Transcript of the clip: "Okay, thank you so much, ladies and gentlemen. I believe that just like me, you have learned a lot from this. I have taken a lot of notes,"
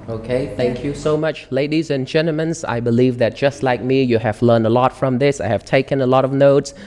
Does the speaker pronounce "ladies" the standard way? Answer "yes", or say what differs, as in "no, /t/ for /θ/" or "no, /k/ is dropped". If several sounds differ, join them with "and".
yes